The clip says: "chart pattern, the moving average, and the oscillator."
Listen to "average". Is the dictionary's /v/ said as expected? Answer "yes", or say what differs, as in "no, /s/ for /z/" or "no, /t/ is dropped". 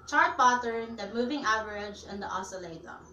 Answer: yes